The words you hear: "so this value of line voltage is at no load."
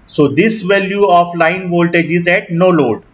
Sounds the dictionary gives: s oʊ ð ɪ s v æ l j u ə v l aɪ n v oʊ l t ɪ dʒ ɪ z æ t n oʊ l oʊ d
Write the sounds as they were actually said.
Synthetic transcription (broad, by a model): s oʊ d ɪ s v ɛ l j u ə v l aɪ n v oʊ l t ɪ dʒ ɪ z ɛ t n oʊ l oʊ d